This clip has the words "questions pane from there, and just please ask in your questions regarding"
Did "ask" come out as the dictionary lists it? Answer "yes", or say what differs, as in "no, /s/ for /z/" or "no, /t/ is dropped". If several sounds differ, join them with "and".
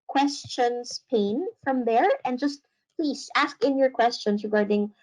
yes